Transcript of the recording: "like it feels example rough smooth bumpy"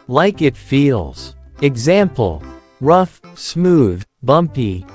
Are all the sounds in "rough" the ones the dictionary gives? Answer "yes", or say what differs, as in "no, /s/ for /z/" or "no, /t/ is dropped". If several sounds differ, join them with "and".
yes